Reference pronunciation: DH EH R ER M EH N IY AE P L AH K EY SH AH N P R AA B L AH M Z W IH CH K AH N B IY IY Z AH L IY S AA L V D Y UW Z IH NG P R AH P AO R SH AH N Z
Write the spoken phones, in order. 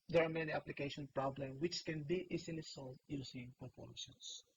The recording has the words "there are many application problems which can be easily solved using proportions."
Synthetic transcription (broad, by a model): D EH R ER M EH N IY AE P L AH K EY SH AH N P R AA B L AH M W IH CH K AH N B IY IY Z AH L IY S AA L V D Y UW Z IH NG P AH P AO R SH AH N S